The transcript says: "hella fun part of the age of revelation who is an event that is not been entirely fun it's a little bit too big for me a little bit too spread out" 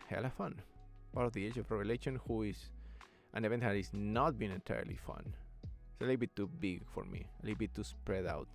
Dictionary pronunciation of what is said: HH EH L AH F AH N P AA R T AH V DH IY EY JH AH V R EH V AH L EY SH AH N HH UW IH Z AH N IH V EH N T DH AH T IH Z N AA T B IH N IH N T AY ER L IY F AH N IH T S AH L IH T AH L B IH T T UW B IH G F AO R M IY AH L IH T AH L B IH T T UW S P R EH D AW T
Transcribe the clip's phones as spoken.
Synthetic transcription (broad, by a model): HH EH L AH F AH N B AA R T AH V DH IY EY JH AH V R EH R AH L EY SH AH N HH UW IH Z AH N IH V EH N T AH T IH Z N AA T B IH N IH N T AY ER L IY F AH N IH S AH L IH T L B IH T T UW B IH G F AO R M IY AH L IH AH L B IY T T UW S P R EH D AW T